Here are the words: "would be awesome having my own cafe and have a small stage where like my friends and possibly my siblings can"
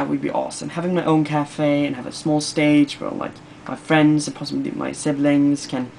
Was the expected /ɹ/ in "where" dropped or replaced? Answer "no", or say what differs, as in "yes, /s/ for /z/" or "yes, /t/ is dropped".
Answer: yes, /l/ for /ɹ/